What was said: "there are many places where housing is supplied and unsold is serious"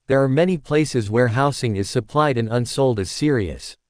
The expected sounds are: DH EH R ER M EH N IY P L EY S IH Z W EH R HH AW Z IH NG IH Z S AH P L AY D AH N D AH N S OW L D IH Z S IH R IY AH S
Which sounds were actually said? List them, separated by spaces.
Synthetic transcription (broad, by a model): DH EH R M EH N IY P L EY S IH Z W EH R HH AW S IH NG IH Z S AH P L AY D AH N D AH N S OW L D IH Z S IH R IY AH S